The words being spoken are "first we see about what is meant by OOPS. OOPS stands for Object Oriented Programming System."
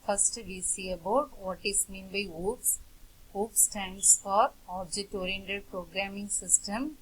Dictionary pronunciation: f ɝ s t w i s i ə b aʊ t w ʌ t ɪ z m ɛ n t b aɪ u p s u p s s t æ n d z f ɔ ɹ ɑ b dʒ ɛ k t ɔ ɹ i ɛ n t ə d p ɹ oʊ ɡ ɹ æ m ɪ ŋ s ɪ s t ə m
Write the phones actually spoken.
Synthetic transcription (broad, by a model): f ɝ s t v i s i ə b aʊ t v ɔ t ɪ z m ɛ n b aɪ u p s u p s s t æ n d s f ɔ ɹ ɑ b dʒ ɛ t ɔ ɹ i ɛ n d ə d p ɹ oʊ ɡ ɹ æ m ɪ ŋ s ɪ s t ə m